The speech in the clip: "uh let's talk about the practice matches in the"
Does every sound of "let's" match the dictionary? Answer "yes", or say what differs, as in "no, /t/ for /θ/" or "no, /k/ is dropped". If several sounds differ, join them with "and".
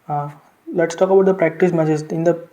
yes